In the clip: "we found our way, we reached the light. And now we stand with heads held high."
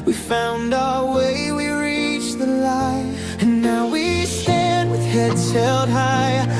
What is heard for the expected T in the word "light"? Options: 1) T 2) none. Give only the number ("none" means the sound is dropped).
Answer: 2